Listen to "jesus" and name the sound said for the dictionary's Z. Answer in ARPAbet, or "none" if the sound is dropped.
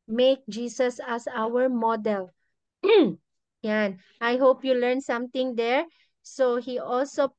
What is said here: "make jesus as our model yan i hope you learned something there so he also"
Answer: S